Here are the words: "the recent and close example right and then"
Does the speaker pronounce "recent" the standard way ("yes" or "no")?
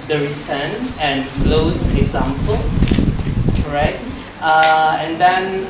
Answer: no